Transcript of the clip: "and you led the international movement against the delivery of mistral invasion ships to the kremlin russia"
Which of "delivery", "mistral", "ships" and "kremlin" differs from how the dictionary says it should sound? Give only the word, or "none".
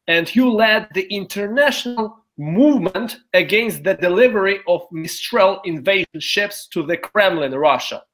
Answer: none